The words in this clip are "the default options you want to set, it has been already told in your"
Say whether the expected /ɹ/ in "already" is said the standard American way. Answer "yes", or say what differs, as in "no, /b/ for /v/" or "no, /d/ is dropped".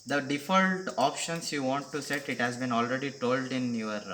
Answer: yes